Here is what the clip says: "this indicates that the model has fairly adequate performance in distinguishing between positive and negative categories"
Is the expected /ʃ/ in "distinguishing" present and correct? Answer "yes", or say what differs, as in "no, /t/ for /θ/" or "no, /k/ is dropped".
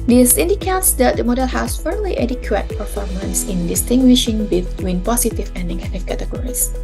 yes